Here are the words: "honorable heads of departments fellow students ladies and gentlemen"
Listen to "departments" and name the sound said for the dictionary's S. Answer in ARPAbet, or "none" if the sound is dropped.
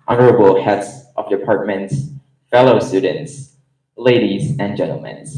S